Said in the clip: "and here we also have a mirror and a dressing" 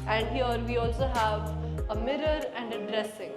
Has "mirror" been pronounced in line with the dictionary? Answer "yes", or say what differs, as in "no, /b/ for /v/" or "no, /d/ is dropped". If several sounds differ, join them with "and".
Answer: yes